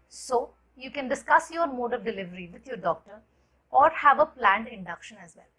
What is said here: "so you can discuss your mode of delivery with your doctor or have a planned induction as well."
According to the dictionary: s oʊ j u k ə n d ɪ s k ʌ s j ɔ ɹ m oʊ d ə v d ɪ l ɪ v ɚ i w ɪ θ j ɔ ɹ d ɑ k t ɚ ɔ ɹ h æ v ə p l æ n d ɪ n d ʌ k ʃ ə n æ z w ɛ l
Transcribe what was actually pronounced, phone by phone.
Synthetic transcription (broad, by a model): s oʊ j u k ə n d ɪ s k ʌ s j ɔ ɹ m oʊ d ə v d ɪ l ɪ v ɚ i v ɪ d j ɔ ɹ d ɑ k t ɚ ɔ ɹ h æ v ə p l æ n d ɪ n d ʌ k ʃ ə n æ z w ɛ l